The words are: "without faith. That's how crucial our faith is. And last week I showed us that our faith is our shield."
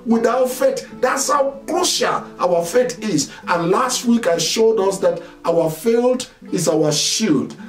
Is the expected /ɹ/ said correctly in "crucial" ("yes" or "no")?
no